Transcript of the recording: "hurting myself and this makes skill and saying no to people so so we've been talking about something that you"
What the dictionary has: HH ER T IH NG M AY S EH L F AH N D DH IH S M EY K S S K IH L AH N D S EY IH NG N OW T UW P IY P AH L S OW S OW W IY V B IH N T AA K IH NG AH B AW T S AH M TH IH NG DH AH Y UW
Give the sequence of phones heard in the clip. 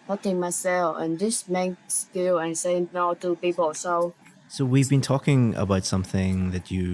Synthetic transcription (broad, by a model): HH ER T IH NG M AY S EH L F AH N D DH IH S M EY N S S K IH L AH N S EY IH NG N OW T UW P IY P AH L S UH S OW W IY V B IH N T AA K IH NG AH B AW T S AH M TH IH NG DH AH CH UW